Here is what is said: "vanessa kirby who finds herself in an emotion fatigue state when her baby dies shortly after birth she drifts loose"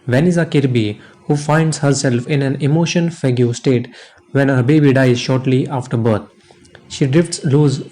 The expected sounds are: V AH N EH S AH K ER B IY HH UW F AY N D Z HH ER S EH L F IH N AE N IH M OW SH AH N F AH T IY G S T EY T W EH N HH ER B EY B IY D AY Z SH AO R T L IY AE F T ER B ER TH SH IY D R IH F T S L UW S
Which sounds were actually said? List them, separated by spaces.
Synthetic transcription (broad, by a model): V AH N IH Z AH K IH B IY HH UW F AY N D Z HH ER S EH L F IH N AE N IH M OW SH AH N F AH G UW S T EY T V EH N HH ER B EY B IY D AY Z SH AO R T L IY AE F T ER B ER T SH IY D R IH F T S L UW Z